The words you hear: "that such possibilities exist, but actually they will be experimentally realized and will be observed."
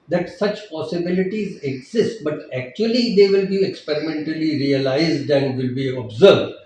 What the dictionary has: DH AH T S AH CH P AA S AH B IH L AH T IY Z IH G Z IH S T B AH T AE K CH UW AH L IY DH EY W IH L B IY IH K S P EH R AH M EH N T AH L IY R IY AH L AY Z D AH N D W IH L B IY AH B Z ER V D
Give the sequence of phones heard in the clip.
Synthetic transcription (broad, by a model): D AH T S AH CH P AA S AH B IH L AH T IY Z IH G Z IH S T B AH T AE K CH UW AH L IY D EY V IH L B IY IH K S P EH R AH M EH N T AH L IY R IY AH L AY Z D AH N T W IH L B IY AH B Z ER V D